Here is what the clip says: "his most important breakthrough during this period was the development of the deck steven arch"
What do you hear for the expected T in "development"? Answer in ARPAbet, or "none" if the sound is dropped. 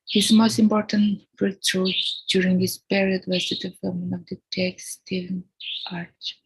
none